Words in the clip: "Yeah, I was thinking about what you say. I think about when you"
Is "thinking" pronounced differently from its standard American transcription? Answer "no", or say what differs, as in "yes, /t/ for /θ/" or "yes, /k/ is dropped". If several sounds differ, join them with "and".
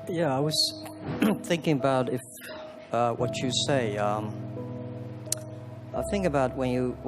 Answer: no